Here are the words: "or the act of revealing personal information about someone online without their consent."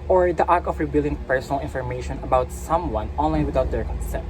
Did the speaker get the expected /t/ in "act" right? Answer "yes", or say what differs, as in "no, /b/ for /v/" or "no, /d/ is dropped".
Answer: no, /t/ is dropped